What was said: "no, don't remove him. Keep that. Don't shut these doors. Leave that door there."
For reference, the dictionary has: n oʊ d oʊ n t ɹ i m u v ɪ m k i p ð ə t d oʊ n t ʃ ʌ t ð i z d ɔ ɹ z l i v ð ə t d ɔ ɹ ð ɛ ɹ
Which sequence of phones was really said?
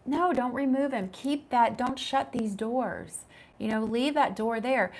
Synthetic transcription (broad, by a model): n oʊ d oʊ n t ɹ i m u v ɪ m k i p ð ə t d oʊ n t ʃ ʌ t ð i z d ɔ ɹ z l i v ð ə t d ɔ ɹ ð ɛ ɹ